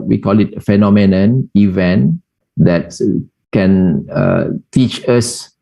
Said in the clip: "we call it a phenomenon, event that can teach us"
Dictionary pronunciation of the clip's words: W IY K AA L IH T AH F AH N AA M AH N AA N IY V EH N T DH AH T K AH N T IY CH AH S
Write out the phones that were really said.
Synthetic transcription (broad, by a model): W IY K AA L IH T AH F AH N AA M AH N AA N IY V EH N T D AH T K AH N T IY CH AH S